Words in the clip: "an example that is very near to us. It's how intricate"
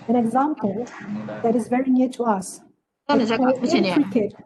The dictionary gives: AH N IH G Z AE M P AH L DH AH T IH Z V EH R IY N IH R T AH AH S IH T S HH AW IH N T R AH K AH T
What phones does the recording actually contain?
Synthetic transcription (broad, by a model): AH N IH G Z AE M P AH L DH AH T IH Z V EH R IY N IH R T AH AH S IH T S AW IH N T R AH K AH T